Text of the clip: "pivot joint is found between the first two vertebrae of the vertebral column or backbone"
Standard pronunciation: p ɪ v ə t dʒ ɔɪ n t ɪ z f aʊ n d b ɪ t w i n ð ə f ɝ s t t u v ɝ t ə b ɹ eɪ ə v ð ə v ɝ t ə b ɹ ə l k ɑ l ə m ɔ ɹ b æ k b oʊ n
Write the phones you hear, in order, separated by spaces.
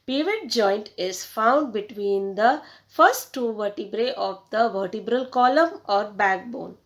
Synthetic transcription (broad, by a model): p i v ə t dʒ ɔɪ n t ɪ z f aʊ n d b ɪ t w i n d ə f ɝ s t t u v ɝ t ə b ɹ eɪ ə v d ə v ɝ t ə b ɹ ə l k ɑ l ə m ɔ ɹ b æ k b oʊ n